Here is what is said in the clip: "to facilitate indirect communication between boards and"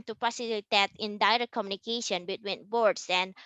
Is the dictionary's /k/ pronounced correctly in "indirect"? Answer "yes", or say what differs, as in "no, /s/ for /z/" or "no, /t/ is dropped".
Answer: no, /k/ is dropped